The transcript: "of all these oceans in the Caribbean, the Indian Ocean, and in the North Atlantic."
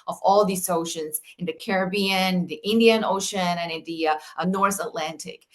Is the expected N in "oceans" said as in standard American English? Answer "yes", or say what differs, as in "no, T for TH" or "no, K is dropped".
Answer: yes